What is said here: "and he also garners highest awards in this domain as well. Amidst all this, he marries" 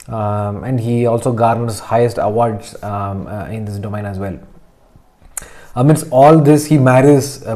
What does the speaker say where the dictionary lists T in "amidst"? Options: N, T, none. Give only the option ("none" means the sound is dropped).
none